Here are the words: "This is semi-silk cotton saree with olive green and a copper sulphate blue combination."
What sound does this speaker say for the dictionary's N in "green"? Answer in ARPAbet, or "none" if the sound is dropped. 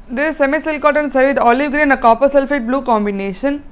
none